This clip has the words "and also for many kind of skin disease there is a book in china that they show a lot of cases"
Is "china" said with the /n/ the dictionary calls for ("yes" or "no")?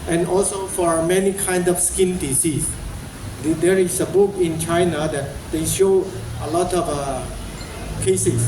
yes